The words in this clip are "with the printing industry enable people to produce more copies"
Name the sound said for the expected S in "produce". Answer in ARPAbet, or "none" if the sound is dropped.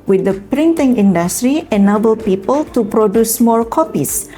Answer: S